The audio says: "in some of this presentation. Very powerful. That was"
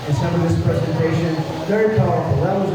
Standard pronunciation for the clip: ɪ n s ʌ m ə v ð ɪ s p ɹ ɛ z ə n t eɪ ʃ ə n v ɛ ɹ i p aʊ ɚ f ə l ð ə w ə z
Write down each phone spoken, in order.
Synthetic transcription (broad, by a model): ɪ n s ʌ m ə v ð ɪ s p ɹ ɛ z ə n t eɪ ʃ ə n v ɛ ɹ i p aʊ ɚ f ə l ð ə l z